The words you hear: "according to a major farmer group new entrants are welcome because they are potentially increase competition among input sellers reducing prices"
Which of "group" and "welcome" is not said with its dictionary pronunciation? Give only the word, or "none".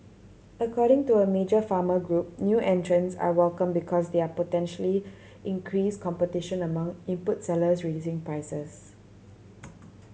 none